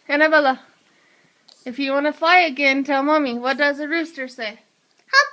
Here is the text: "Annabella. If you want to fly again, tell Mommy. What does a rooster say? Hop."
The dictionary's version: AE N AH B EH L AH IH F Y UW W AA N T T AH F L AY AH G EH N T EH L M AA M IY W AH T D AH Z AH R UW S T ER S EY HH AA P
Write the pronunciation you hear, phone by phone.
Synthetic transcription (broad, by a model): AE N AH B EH L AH IH F Y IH W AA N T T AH F L AY AH G EH N T EH L M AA M IY W AH T D AH Z AH R UW S T ER S EY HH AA